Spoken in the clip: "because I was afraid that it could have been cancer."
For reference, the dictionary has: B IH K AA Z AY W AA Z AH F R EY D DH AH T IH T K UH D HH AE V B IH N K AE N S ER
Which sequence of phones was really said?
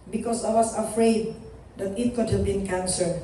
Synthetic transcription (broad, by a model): B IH K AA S AY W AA S AH F R EY D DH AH T IH T K UH D HH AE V B IH N K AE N S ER